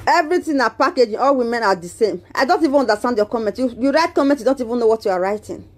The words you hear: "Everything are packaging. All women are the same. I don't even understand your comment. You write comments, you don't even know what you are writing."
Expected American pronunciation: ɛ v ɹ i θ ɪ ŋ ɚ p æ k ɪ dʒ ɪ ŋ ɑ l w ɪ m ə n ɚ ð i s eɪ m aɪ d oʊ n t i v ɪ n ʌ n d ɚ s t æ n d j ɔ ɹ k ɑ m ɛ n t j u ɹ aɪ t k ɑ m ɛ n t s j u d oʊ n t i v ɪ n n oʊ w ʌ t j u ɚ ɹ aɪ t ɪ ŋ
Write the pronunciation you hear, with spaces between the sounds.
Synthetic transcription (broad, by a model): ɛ v ɹ i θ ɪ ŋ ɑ p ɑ k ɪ dʒ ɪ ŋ ɑ l w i m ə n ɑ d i s eɪ m aɪ d oʊ n t i v ɪ n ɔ n d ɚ s t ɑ n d j ɔ k ɑ m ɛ n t j u ɹ aɪ t k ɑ m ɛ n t j u d oʊ n t i v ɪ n n oʊ w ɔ t j u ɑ ɹ aɪ t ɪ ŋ